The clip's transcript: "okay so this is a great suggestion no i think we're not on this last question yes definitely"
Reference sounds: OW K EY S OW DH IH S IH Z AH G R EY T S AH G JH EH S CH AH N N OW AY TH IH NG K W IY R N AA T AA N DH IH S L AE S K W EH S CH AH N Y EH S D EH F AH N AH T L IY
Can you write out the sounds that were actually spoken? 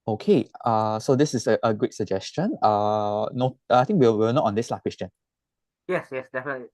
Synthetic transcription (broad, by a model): OW K EY S OW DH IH S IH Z AH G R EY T S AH JH EH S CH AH N N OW AY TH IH NG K W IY W N AA T AA N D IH S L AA K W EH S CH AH N Y EH S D EH F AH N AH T L IY